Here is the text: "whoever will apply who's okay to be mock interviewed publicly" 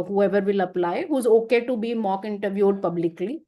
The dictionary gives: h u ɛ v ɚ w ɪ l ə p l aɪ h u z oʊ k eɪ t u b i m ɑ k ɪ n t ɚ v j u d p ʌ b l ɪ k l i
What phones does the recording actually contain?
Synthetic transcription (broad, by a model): h u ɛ v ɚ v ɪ l ə p l aɪ h u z oʊ k eɪ t u b i m ɑ k ɪ n t ɚ v j u d p ʌ b l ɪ k l i